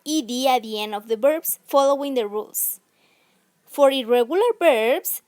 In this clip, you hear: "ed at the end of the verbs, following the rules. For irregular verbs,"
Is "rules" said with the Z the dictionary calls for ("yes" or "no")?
no